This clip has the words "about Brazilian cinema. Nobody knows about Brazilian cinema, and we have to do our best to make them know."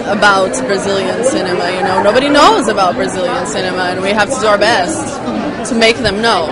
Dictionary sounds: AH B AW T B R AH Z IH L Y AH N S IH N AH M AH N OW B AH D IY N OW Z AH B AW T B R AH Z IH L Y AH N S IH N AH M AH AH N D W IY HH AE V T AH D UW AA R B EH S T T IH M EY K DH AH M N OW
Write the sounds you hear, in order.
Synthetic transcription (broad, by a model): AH B AW T B R AH Z IH L Y AH N S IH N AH M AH N OW B AH D IY N OW Z AH B AW T B R AH Z IH L Y AH N S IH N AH M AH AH N W IY HH AE F T AH D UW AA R B EH S T T IH M EY K DH AH M N OW